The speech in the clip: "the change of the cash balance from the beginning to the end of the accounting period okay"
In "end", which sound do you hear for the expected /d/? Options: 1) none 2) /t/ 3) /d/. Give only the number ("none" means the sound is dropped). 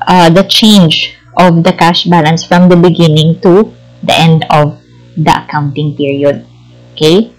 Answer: 3